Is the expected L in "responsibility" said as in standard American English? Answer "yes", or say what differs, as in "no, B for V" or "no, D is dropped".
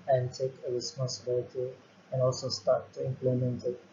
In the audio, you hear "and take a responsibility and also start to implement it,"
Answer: no, L is dropped